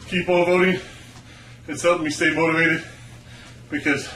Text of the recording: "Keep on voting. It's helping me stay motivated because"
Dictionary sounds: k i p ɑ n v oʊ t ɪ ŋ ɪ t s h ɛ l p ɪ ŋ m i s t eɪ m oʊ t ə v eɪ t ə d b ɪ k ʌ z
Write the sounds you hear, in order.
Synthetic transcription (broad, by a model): k i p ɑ l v oʊ t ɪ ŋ ɪ t s h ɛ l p m i s t eɪ m oʊ t ə v eɪ t ə d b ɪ k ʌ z